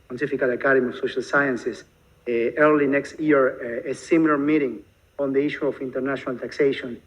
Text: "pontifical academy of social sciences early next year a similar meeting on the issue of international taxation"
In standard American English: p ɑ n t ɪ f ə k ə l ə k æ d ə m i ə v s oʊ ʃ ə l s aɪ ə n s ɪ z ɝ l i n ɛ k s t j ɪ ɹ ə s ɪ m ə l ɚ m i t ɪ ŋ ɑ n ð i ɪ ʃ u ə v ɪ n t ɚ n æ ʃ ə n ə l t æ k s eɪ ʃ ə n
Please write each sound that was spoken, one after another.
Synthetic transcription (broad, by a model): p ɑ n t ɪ f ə k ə l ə k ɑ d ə m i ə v s oʊ ʃ ə l s aɪ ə n s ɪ s ɝ l i n ɛ k s t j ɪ ɹ ə s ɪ m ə l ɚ m i t ɪ ŋ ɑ n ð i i ʃ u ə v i n t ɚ n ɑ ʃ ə n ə l t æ k s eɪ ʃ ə n